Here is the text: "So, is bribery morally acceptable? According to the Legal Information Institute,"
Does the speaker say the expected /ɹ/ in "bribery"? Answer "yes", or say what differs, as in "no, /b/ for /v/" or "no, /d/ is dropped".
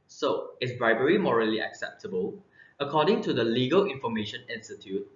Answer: yes